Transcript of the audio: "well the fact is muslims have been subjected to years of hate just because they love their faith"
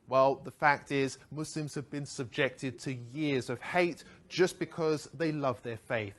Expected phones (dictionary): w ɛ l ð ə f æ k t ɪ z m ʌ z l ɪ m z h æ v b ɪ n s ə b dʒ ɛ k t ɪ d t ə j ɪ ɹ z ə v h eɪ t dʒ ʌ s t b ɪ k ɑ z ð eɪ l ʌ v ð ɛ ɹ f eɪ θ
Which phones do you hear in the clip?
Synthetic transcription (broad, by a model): w ɛ l ð ə f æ k t ɪ z m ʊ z l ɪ m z h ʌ v b ɪ n s ə b dʒ ɛ k t ɪ d t ə j ɪ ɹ z ə v h eɪ t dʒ ʌ s b ɪ k ɑ z ð eɪ l ʌ v ð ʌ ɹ f eɪ θ